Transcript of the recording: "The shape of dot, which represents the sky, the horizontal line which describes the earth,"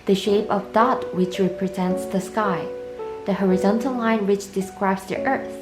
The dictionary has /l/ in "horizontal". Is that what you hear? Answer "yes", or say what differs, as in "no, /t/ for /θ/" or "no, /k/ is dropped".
yes